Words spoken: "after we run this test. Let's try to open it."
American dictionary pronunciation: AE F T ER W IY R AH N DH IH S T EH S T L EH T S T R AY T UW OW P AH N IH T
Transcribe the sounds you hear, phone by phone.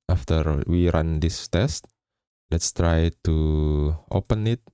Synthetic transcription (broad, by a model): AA F T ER W IY R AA N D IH S T EH S T L EH T S T R AY T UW OW P AH N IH T